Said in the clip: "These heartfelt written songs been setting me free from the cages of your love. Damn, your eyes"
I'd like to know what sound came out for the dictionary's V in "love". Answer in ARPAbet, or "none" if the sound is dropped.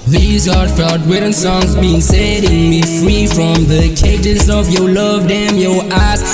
V